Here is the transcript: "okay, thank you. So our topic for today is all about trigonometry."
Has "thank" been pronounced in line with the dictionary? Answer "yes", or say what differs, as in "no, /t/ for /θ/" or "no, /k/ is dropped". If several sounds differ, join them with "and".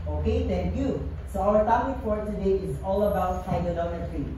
no, /t/ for /θ/